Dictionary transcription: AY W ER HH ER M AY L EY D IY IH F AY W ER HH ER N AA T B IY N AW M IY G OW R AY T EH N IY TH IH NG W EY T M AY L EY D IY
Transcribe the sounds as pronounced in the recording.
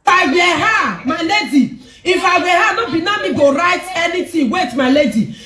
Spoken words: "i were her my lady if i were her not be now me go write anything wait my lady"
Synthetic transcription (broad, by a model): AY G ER HH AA M AY L EY D IY IH F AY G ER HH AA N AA B IY N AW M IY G OW R AY T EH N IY T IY W EY T M AY L EY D IY